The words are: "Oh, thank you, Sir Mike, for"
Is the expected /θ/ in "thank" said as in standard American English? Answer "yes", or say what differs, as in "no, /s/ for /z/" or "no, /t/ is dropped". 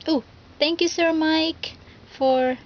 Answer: no, /t/ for /θ/